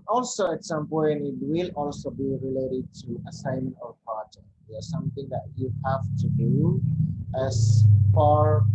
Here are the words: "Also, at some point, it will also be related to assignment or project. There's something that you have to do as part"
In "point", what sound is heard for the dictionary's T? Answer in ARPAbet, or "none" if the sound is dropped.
none